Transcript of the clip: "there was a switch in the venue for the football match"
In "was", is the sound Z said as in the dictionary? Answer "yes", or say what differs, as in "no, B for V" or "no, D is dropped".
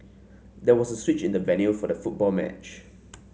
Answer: no, S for Z